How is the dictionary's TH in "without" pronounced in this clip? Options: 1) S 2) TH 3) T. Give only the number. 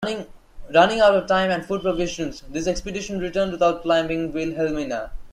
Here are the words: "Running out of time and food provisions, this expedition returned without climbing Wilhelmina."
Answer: 3